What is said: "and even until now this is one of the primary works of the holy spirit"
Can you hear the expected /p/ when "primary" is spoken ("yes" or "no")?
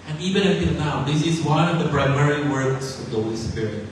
no